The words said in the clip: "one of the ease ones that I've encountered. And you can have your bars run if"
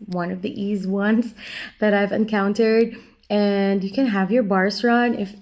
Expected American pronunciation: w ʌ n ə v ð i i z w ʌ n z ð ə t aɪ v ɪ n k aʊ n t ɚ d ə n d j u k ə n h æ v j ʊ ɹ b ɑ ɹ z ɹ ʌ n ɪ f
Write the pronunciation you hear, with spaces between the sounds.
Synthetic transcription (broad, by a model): w ʌ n ə v ð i i z w ʌ n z ð ə t aɪ v ɪ n k aʊ n t ɚ d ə n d j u k ə n h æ v j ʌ ɹ b ɑ ɹ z ɹ ʌ n ɪ f